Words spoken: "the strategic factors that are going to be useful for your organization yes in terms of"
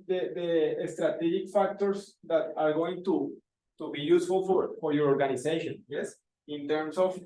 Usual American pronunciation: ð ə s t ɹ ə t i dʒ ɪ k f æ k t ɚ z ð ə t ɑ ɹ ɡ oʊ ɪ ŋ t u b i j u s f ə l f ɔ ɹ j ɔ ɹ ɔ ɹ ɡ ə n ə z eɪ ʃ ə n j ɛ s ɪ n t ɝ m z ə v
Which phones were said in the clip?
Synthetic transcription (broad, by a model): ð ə s t ɹ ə t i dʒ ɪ k f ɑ k t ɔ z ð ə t ɑ ɹ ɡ oʊ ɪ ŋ t u b i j u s f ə l f ɔ ɹ j ɔ ɹ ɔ ɹ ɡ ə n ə s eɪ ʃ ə n j ɛ s ɪ n t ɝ m s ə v